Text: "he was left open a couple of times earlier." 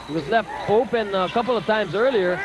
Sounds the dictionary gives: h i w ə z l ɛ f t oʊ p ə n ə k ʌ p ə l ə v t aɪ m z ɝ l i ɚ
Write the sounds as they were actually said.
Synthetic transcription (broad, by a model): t w ə z l ɛ f t oʊ p ə n ə k ʌ p l ə v t aɪ m z ɝ l i ɚ